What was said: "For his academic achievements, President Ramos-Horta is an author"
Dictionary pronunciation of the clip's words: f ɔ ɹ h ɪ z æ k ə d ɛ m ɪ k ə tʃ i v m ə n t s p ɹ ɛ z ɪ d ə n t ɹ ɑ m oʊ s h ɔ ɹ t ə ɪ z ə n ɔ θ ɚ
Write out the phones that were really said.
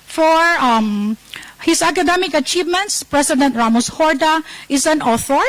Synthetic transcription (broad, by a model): f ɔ ɹ h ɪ s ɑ k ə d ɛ m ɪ k ə tʃ i v m ə n t s p ɹ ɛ s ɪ d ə n t ɹ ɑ m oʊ s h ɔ ɹ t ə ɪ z ə n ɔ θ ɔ